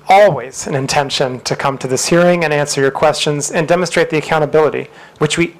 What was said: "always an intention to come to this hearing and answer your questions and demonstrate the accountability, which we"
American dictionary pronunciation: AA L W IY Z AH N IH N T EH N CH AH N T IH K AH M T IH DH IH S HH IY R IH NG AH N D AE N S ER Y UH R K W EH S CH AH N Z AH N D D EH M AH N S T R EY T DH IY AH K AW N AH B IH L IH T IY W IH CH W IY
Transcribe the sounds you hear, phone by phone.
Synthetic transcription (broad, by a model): AA L W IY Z AH N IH N T EH N SH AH N T IH K AH M T IH DH IH S HH IY R IH NG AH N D AE N S ER Y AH R K W EH S CH AH N Z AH N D D EH M AH N S T R EY T DH IY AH K AW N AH B IH L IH T IY W IH CH W IY